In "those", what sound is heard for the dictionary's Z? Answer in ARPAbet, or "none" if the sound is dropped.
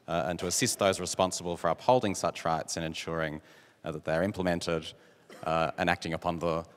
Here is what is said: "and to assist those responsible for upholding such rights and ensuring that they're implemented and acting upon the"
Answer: Z